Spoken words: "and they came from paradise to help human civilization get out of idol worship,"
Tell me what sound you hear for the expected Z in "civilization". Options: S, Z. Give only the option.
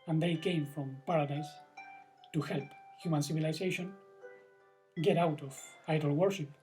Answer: S